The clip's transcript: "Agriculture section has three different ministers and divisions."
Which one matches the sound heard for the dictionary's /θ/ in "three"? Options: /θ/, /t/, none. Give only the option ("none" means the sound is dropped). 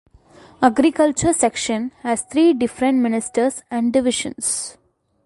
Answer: /t/